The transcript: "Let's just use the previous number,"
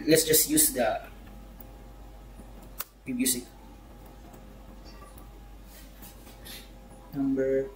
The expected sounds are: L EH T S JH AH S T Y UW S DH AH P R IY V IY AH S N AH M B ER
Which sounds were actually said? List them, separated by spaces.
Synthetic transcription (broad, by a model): L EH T S JH AH S T Y UW S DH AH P IY B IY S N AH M B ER